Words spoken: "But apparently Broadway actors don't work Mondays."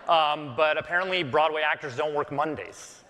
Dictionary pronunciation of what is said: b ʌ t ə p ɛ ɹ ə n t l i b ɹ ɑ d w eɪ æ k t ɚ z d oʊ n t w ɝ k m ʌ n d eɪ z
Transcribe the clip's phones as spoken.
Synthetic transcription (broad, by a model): b ʌ t ə p ɛ ɹ ə n t l i b ɹ ɑ d w eɪ æ k t ɚ z d oʊ n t w ɝ k m ʌ n d eɪ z